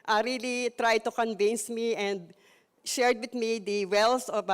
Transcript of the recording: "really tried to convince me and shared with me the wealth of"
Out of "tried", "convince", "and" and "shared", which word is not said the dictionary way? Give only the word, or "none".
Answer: none